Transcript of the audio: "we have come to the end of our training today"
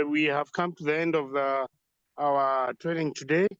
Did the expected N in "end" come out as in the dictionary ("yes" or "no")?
yes